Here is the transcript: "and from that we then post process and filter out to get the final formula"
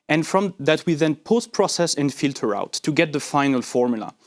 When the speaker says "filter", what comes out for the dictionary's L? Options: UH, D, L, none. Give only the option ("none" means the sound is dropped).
L